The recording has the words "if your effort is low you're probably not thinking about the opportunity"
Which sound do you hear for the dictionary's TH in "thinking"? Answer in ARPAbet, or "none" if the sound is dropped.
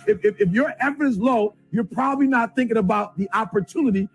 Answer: TH